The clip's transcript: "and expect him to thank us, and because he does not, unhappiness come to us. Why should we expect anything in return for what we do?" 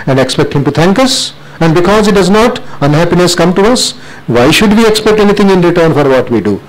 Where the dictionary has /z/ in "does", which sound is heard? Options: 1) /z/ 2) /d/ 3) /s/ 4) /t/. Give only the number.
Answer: 1